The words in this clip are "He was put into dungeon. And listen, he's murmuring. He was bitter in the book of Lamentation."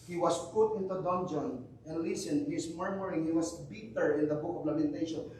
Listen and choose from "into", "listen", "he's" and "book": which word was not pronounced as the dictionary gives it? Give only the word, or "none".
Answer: he's